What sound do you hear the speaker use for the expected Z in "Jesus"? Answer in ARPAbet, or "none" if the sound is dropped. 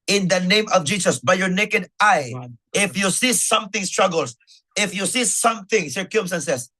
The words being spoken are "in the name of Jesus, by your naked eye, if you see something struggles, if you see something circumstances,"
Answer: S